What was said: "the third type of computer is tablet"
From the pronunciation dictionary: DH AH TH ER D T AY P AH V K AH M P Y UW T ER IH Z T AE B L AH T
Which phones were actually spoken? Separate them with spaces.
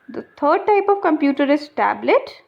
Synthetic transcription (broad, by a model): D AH T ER D T AY P AH V K AH M P Y UW T ER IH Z T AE B L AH T